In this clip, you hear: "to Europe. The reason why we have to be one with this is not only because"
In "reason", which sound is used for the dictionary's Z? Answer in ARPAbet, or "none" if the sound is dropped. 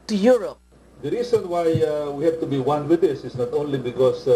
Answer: S